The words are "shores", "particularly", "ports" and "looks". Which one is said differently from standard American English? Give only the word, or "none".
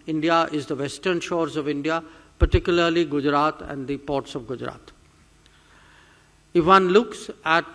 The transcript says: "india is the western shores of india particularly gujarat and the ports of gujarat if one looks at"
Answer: none